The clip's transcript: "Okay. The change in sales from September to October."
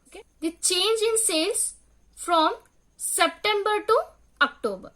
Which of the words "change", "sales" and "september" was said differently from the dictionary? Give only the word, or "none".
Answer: sales